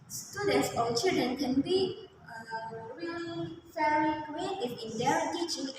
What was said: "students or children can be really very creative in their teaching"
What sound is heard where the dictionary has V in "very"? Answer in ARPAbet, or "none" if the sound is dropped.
F